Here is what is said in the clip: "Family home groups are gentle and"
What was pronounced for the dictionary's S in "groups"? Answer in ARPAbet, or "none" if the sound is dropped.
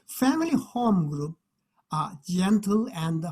none